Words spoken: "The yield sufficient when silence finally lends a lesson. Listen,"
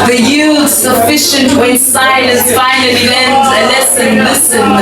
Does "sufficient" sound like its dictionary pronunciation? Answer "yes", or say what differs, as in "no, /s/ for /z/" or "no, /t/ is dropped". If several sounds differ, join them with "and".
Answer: yes